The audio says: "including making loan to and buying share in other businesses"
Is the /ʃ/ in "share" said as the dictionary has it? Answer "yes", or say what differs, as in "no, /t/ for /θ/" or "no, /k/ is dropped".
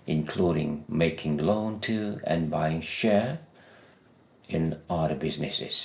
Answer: yes